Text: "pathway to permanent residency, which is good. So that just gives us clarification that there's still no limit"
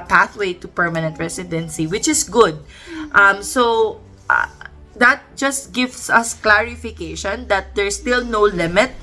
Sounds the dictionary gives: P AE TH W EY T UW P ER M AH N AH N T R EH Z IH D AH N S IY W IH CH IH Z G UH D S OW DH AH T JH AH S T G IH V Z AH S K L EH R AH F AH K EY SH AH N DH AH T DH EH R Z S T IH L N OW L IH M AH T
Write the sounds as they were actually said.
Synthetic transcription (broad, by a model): P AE TH W EY T UW P ER M AH N AH N T R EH S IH D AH N S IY W IH CH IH S G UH D S OW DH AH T JH AH S T G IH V S AH S K L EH R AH F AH K EY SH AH N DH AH T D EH R S T IH L N OW L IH M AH T